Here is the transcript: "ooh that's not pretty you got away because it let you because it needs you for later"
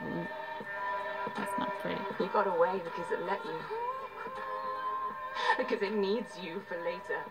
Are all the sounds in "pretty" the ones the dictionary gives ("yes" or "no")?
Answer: no